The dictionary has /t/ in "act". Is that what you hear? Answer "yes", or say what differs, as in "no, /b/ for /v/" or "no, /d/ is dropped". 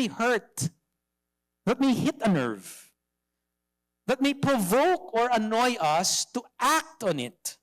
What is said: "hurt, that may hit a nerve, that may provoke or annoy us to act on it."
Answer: yes